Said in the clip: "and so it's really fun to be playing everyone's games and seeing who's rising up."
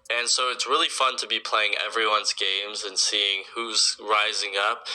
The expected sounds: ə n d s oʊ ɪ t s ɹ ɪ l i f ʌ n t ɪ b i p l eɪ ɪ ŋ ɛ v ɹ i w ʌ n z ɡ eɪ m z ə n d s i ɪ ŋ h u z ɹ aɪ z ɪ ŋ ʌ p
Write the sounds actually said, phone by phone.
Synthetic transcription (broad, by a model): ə n s oʊ ɪ t s ɹ ɪ l i f ʌ n t ɪ b i p l eɪ ɪ ŋ ɛ v ɹ i w ʌ n z ɡ eɪ m z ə n s i ɪ ŋ h u z ɹ aɪ z ɪ ŋ ʌ p